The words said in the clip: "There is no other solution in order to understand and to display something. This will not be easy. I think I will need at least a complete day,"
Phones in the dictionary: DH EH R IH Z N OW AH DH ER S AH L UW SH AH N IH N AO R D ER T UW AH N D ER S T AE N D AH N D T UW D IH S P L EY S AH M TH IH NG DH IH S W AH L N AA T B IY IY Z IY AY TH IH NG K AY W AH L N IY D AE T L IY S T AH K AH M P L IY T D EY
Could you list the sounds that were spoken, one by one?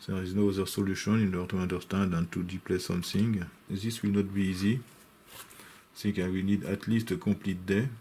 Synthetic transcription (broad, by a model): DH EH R IH Z N OW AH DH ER S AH L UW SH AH N IH N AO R T UW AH N D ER S T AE N D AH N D T UW D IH P L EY S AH M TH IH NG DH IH S W AH L N AA T B IY IY Z IY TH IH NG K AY W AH N IY D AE T L IY S T AH K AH P L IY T D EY